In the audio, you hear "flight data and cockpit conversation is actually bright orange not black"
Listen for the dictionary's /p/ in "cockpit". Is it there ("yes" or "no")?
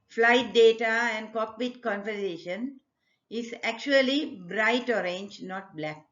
no